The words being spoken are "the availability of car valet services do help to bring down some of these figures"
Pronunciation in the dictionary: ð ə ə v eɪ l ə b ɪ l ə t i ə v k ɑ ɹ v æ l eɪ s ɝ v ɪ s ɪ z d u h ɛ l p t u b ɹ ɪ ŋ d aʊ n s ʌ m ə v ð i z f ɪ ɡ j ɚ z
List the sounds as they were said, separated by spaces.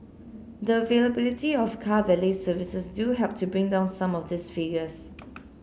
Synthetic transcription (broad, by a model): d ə ə v eɪ l ə b ɪ l ə t i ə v k ɑ v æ l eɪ s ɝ v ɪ s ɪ s d u h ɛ p t u b ɹ ɪ ŋ d aʊ n s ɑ m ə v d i s f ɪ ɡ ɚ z